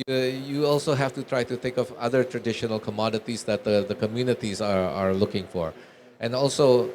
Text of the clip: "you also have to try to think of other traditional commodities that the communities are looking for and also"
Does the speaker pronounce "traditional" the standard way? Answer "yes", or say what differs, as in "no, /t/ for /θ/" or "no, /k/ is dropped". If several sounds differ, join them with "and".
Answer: yes